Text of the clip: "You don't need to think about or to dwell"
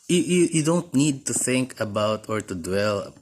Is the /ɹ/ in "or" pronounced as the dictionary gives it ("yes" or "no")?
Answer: yes